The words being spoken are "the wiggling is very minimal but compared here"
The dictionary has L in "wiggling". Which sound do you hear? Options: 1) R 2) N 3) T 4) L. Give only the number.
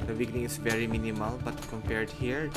2